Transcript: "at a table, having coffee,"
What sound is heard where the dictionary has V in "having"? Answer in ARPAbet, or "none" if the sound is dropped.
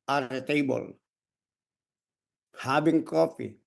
B